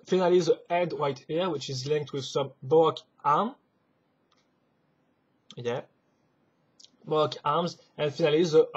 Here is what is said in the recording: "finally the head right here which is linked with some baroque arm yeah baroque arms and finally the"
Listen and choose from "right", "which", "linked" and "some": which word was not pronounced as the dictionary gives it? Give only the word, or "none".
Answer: right